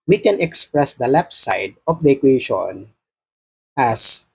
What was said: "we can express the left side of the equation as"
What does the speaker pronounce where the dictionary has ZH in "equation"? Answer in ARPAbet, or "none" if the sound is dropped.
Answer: SH